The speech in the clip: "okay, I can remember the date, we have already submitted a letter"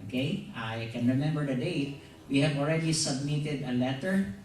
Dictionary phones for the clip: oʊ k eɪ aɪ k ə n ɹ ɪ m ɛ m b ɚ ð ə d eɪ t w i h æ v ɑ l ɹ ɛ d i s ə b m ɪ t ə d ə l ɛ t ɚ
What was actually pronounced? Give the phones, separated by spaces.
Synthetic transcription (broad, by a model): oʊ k eɪ aɪ k ə n ɹ ɪ m ɛ m b ɚ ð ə d eɪ t w i h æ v ɑ l ɹ ɛ d i s ə b m ɪ t ə d ə l ɛ t ɚ